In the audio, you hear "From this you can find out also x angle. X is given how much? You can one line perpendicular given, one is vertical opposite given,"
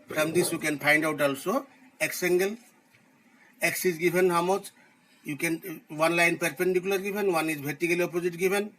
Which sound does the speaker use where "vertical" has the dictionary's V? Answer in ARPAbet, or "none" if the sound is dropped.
B